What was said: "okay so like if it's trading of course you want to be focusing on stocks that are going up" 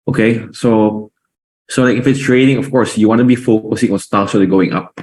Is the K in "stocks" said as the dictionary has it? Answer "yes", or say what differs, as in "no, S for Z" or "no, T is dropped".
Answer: no, K is dropped